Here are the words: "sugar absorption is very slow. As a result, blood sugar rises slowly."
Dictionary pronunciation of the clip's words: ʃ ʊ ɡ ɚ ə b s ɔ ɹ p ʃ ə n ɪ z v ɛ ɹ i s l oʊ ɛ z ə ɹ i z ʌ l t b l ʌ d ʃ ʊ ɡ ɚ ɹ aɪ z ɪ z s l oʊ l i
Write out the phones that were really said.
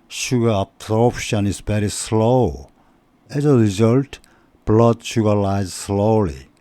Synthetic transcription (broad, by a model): ʃ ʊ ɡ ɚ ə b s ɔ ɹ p ʃ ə n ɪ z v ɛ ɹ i s l oʊ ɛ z ə ɹ i z ʌ l t b l ʌ d ʃ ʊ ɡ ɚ l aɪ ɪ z s l oʊ l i